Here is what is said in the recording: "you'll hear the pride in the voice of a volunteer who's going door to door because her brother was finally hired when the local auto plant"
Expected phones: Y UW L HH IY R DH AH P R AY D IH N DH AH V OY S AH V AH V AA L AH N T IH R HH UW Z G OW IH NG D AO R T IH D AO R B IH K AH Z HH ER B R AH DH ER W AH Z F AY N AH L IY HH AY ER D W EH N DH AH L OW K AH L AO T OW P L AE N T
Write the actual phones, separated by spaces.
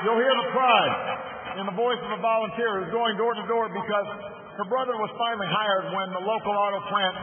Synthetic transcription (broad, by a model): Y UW L HH IY R DH AH P R AY D IH N DH AH V OY S AH V AH V AA L AH N T IH R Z G OW IH NG D AO R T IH D AO R B IH K AH Z HH ER B R AH DH ER W AH Z F AY N L IY HH AY ER D W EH N DH AH L OW K L AO T OW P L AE N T